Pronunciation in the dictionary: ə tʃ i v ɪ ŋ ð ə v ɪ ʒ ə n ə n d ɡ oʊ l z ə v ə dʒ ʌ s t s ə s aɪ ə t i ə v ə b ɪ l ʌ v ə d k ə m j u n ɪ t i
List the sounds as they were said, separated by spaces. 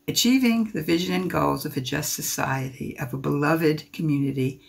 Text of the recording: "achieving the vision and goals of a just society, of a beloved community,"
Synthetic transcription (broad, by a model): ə tʃ i v ɪ ŋ ð ə v ɪ ʒ ə n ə n ɡ oʊ l z ə v ə dʒ ʌ s t s ə s aɪ ə t i ə v ə b ɪ l ʌ v ə d k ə m j u n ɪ t i